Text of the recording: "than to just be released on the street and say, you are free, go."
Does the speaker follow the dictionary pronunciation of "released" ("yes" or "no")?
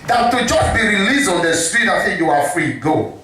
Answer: no